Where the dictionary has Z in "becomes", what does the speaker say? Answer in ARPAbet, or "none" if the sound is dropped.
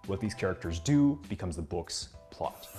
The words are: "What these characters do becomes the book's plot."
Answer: Z